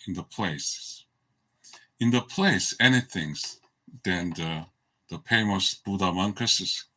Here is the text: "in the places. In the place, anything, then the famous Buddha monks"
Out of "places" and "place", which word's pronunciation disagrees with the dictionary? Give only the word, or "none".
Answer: places